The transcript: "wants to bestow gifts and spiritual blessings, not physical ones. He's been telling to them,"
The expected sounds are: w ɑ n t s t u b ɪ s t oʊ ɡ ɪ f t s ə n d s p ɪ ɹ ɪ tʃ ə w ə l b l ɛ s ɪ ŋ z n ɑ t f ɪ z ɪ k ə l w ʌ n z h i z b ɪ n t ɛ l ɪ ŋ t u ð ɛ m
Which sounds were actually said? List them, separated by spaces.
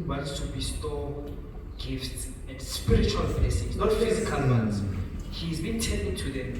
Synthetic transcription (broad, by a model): w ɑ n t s t u b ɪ s t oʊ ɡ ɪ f t s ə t s p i ɹ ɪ tʃ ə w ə l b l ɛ s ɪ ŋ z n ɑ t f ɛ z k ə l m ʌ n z h i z b ɪ n t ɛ n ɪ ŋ t u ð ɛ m